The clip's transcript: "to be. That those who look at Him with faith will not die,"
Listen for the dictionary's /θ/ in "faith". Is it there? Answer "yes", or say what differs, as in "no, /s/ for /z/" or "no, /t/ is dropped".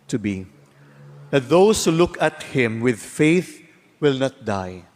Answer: yes